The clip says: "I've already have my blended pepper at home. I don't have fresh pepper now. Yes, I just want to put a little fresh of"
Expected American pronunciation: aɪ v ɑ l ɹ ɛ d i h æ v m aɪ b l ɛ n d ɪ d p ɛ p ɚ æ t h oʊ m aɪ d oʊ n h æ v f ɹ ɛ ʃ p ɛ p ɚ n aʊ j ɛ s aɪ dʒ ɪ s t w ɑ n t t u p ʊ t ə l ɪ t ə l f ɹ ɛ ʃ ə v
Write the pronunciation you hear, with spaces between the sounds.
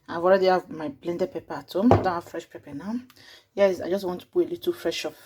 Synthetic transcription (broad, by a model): aɪ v ɑ l ɹ ɛ d i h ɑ v m aɪ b l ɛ n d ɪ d p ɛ p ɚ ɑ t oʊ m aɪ d oʊ n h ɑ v f ɹ ɛ ʃ p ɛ p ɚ n aʊ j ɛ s aɪ dʒ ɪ s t w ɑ n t t u b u ə l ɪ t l f ɹ ɛ ʃ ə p